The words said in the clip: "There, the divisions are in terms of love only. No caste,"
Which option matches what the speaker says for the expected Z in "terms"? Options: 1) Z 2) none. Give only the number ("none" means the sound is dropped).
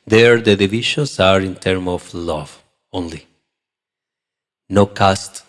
2